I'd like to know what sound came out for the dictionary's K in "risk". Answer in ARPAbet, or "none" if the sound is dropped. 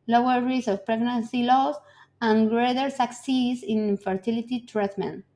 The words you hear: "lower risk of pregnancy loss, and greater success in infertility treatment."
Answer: none